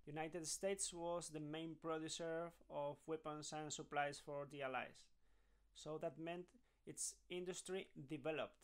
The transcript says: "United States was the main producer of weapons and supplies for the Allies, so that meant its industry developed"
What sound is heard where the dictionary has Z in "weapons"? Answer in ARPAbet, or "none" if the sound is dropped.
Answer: S